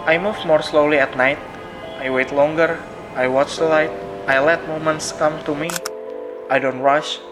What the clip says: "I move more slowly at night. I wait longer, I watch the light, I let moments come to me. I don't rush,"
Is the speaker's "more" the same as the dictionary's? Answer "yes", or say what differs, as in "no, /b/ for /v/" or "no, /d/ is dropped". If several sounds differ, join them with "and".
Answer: yes